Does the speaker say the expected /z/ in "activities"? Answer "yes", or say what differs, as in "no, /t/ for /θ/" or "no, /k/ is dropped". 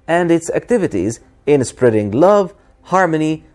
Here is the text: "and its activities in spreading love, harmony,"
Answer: yes